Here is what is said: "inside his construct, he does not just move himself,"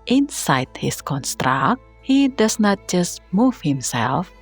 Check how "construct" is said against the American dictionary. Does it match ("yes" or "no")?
yes